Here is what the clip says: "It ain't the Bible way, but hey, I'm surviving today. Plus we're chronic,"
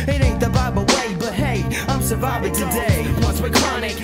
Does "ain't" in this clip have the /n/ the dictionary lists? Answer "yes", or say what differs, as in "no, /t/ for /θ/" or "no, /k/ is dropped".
no, /n/ is dropped